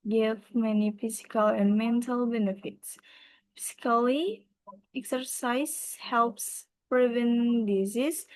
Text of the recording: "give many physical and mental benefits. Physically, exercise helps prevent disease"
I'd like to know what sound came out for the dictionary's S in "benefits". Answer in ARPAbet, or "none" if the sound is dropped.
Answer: S